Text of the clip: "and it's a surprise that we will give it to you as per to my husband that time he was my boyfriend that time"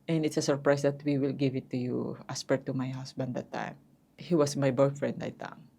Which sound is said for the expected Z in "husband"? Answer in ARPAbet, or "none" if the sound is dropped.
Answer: S